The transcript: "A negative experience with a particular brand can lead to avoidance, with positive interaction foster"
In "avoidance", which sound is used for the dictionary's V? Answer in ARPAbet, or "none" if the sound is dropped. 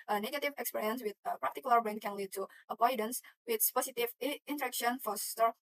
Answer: P